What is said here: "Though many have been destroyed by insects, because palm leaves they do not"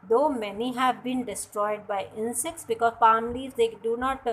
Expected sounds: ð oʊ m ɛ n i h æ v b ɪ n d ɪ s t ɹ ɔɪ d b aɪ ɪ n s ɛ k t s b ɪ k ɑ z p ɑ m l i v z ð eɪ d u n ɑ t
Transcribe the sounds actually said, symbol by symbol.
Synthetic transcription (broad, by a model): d oʊ m ɛ n i h æ v b ɪ n d ɪ s t ɹ ɔɪ d b aɪ ɪ n s ɛ k t s b ɪ k ɑ z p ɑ m l i z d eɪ d u n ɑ t